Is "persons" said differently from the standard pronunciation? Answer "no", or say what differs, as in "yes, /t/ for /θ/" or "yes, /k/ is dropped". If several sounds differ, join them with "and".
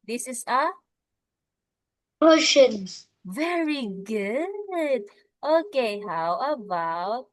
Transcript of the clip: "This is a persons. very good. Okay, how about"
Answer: yes, /ʃ/ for /s/